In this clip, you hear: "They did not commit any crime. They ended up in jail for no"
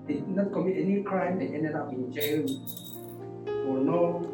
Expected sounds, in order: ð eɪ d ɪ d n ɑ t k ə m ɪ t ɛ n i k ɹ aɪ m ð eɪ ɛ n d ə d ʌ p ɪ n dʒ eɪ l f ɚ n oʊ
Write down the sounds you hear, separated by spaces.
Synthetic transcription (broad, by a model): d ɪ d n ɑ t k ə m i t ɛ n i k ɹ aɪ m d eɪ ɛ n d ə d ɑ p ɪ n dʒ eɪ n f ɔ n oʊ